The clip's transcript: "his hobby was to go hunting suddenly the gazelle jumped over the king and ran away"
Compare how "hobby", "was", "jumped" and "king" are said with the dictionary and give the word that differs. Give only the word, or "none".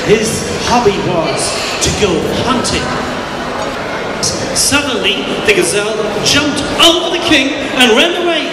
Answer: none